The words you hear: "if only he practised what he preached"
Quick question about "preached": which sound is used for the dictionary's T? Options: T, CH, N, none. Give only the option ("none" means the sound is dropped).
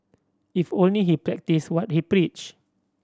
none